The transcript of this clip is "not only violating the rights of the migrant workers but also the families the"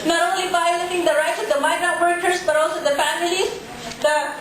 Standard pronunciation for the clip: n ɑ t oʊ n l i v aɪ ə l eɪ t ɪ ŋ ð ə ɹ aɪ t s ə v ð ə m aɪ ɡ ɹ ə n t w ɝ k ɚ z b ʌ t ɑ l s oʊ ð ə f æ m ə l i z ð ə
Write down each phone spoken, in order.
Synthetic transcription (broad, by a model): n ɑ t oʊ n l i b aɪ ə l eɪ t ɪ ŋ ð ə ɹ aɪ t s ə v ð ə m aɪ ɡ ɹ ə t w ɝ k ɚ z b ʌ t ɑ l s oʊ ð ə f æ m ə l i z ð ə